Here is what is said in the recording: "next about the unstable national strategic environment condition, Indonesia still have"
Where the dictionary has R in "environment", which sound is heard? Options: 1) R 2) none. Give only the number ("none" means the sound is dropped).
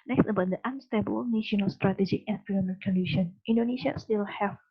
2